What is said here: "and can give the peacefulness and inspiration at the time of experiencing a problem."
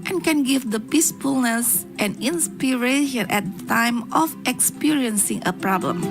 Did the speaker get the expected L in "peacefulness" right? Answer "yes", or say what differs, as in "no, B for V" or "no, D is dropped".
yes